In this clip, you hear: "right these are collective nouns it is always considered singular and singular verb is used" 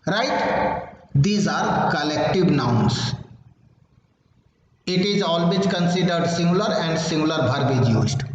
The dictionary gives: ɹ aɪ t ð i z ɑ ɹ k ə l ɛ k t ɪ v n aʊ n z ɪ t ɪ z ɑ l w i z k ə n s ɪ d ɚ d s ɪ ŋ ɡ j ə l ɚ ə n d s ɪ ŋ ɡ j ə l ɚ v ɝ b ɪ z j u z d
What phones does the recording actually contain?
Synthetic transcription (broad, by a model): ɹ aɪ t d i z ɑ ɹ k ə l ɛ k t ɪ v n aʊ n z ɪ t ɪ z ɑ l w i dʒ k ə n s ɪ d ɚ d s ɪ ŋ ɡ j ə l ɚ ə n d s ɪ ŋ ɡ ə l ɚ b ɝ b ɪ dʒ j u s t